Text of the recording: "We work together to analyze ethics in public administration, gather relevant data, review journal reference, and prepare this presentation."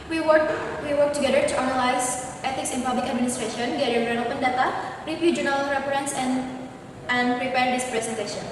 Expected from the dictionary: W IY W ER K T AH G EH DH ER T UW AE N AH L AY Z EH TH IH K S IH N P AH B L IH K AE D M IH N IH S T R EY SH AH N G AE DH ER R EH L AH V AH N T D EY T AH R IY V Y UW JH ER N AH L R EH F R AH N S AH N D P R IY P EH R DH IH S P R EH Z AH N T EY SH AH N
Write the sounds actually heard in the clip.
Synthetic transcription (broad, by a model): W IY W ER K T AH G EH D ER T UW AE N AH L AY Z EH T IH K S IH N P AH B L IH K AE D M IH N IH S T R EY SH AH N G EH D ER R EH N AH P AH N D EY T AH R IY P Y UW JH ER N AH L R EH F R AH N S AH N D P R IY P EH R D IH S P R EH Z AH N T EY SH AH N